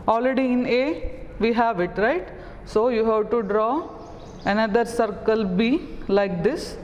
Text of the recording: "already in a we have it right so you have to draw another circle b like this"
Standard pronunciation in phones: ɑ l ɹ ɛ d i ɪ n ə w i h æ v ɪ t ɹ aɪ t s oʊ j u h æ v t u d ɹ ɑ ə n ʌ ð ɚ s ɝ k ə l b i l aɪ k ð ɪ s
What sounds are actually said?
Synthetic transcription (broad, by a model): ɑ l ɹ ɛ d i ɪ n ə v i h æ v ɪ t ɹ aɪ t s oʊ j u h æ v t u d ɹ ɑ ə n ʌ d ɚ s ɝ k ə l b i l aɪ k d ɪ s